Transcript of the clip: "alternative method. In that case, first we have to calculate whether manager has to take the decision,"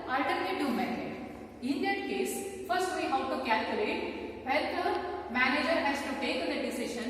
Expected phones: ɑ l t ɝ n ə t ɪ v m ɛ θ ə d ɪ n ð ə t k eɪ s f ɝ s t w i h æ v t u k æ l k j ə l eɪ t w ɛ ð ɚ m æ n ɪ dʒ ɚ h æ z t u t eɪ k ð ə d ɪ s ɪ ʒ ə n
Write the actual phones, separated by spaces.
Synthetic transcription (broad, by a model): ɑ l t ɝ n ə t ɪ m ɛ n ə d ɪ n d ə t k eɪ s f ɝ s t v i h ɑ w t u k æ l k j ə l eɪ t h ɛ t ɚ m æ n ɪ dʒ ɚ h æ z t u t eɪ k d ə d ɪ s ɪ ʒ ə n